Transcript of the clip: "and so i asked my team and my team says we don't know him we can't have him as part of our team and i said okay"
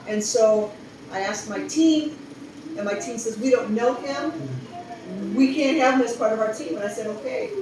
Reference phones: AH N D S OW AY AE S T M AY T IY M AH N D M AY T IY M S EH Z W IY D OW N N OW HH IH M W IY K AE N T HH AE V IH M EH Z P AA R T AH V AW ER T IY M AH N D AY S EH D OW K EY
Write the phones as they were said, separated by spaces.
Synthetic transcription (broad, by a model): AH N S OW AY AE S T M AY T IY M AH N M AY T IY M S EH Z W IY D OW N N OW HH IH M W IY K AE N HH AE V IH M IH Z P AA R T AH V AW ER T IY M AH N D AY S EH D OW K EY